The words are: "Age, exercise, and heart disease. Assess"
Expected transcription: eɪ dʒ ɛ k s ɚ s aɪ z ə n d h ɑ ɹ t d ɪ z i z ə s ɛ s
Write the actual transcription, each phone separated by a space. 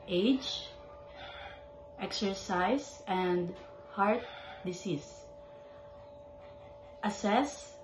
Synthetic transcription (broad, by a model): eɪ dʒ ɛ k s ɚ s aɪ s ə n d h ɑ ɹ t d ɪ s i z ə s ɛ s